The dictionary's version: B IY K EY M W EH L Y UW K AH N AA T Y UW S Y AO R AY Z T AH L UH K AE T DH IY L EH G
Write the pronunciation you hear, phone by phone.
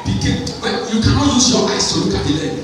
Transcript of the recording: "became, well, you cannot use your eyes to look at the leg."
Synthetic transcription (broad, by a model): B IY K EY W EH Y UW K AH N AA T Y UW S Y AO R AY S T AH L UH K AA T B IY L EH